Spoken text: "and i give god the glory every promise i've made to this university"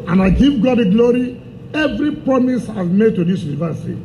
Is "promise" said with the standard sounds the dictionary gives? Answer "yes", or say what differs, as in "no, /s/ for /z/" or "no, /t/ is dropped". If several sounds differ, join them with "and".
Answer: no, /ɹ/ is dropped